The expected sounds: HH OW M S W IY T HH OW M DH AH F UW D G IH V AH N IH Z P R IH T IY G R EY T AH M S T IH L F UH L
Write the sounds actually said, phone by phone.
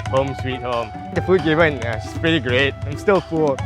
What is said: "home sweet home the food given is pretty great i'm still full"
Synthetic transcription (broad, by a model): HH OW M S W IY T HH OW M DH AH F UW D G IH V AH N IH S P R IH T IY G R EY T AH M S T IH L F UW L